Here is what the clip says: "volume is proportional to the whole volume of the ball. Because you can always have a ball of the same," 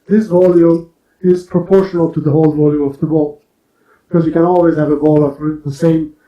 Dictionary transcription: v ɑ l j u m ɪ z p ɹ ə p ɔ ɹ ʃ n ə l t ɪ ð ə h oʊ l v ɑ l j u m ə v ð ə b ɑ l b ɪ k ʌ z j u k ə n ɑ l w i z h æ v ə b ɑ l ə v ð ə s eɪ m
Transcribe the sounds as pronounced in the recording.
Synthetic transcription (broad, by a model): v ɑ l j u m ɪ z p ɹ ə p ɔ ɹ ʃ n ə l t ɪ ð ə h oʊ l v ɑ l j u m ə v ð ə b ɑ l b ɪ k ʌ z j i k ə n ɑ l w i z h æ v ə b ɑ l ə f ð ə s eɪ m